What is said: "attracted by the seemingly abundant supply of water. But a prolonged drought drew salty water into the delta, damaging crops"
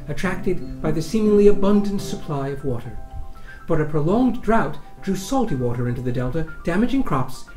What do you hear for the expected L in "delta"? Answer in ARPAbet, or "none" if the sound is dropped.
L